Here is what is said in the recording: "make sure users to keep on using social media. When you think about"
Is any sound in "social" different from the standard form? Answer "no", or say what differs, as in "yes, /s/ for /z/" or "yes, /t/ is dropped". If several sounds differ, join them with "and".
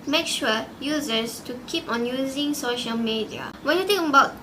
no